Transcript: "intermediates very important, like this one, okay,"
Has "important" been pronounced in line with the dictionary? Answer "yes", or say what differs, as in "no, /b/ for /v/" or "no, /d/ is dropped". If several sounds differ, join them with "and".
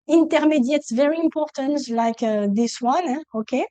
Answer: yes